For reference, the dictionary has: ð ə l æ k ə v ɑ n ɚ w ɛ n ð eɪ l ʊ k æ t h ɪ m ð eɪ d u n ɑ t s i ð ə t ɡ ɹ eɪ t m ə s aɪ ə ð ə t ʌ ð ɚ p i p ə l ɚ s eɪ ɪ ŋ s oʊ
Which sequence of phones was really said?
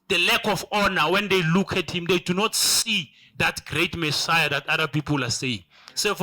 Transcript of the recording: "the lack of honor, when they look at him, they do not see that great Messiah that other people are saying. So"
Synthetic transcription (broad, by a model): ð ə l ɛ k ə f ɑ n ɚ w ɛ n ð eɪ l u k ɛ t h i m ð eɪ d u n ɑ t s i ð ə t ɡ ɹ eɪ t m ə s aɪ ə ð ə t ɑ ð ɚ p i p ə l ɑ s eɪ ɪ ŋ s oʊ